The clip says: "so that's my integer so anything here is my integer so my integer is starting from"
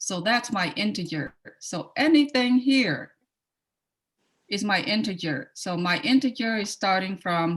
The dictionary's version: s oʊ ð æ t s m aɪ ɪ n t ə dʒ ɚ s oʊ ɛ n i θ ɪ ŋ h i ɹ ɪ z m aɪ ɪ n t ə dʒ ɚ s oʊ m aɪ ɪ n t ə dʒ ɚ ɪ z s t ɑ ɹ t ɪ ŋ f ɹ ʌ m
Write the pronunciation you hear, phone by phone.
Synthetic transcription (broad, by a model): s oʊ ð æ t s m aɪ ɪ n t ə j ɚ s oʊ ɛ n i θ ɪ ŋ h i ɹ ɪ z m aɪ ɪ n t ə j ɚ s oʊ m aɪ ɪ n t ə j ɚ ɪ z s t ɑ ɹ t ɪ ŋ f ɹ ʌ m